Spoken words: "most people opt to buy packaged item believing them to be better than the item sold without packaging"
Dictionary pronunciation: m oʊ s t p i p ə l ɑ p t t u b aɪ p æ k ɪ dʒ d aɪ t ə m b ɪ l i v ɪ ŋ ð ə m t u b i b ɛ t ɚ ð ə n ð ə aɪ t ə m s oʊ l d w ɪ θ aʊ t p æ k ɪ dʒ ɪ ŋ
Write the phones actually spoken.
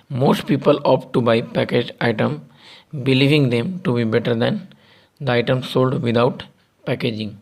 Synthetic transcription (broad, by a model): m oʊ s t p i p ə l ɑ p t t u b aɪ p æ k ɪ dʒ aɪ t ə m b ɪ l i v ɪ ŋ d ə m t u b i b ɛ t ɚ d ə n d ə aɪ t ə m s oʊ l d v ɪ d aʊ t p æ k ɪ dʒ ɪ ŋ